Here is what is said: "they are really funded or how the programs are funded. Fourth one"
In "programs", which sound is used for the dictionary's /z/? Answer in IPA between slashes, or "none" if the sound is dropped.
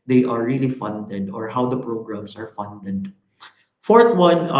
/s/